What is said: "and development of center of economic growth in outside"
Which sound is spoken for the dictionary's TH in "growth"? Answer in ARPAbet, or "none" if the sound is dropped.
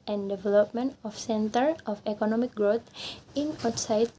T